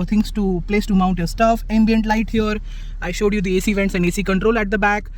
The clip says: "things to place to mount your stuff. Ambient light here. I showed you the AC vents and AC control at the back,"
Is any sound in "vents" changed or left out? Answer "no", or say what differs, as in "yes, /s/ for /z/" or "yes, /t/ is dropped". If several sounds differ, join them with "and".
no